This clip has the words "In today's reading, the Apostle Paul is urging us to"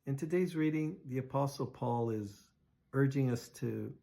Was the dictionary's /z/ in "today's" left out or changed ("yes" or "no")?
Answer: no